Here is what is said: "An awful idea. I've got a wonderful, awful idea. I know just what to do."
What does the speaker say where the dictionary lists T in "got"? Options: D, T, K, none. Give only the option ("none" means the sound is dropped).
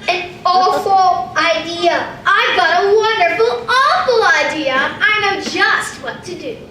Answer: T